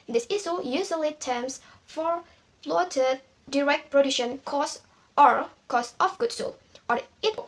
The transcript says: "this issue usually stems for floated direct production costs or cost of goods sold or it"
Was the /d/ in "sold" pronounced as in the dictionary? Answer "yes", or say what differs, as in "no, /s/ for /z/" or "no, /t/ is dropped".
no, /d/ is dropped